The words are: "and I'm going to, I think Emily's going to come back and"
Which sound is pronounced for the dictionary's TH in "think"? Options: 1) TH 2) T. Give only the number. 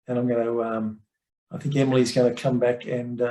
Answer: 1